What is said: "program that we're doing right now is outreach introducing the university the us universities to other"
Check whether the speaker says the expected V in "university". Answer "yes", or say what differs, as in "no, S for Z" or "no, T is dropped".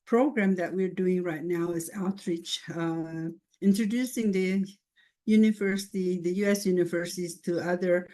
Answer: yes